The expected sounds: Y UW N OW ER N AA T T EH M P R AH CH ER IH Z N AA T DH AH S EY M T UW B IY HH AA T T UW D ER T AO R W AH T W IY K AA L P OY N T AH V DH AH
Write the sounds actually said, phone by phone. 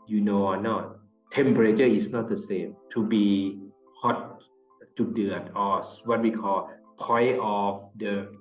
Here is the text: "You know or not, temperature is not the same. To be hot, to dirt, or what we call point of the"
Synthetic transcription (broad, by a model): Y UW N OW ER N AA T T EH M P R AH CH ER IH S N AA T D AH S EY M T UW B IY HH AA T T UW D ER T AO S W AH T W IY K AA L P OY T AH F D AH